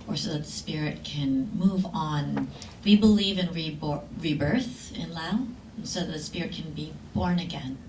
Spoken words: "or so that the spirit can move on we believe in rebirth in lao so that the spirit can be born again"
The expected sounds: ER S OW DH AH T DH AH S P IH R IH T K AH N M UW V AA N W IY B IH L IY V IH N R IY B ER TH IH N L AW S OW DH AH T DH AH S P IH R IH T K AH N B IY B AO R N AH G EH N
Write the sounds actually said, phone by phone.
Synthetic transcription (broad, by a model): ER S OW DH AH T DH AH S P IH R IH T K AH N M UW V N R IY B IH L IY V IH N R IY B ER TH IH N L AW S OW DH AH T DH AH S P IH R IH T K AH N B IY B AO R N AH G EH N